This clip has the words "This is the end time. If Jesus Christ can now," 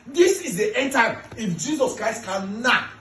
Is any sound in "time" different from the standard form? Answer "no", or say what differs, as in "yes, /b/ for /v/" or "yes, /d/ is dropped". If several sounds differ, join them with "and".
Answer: yes, /m/ is dropped